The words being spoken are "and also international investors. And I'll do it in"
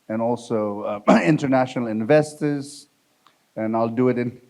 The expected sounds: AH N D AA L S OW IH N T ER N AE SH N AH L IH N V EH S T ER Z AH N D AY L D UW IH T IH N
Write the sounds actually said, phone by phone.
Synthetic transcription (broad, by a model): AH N AA L S OW IH N T ER N AE SH N AH L IH N V EH S T ER Z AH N AY L D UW IH T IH N